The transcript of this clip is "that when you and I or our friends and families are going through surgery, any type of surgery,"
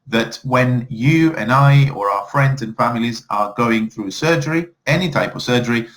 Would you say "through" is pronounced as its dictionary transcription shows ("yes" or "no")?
yes